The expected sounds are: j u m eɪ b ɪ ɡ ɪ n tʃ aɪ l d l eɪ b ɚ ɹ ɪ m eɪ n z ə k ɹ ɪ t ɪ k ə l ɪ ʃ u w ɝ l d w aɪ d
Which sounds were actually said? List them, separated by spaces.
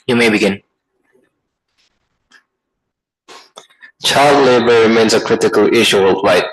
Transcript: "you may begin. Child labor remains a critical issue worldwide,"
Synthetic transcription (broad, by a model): j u m eɪ b ɪ ɡ ɪ n tʃ aɪ l d l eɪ b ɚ ɹ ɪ m eɪ n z ə k ɹ ɪ t ɪ k ə l ɪ ʃ u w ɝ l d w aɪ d